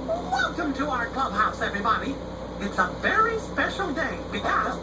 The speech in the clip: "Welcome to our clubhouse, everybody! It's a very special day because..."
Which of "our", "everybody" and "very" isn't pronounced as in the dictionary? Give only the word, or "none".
none